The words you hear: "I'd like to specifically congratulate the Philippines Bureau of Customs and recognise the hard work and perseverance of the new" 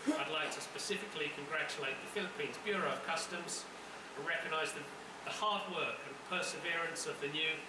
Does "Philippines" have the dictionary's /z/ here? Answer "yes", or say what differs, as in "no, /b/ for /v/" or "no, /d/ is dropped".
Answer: yes